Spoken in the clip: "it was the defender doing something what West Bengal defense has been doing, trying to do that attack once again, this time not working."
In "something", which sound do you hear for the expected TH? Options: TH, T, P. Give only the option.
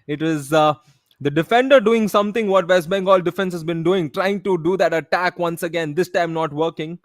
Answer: T